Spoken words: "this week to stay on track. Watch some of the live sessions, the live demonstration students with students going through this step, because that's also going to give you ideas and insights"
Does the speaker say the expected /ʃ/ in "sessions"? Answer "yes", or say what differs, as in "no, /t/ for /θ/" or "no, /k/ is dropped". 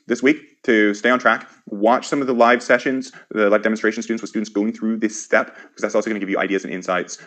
yes